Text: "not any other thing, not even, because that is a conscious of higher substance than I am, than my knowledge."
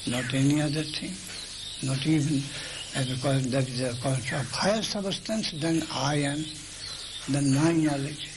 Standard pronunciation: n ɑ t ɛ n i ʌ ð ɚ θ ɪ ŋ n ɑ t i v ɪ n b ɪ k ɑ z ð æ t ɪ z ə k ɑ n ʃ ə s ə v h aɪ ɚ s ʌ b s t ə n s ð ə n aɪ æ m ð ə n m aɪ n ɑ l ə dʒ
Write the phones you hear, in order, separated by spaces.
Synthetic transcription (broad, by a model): n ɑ t ɛ n i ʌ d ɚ t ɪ ŋ n ɑ t i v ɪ n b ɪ k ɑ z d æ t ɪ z ə k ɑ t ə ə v h aɪ ɚ s ʌ b s t ə n s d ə n aɪ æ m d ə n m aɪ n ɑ l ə dʒ